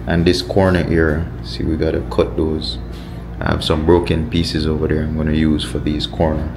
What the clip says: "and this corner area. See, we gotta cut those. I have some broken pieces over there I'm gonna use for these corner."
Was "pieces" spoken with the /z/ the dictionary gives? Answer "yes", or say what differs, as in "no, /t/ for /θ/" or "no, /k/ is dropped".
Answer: yes